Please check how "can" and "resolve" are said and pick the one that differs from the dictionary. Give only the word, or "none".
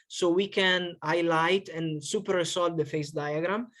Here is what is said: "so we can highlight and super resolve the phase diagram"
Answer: resolve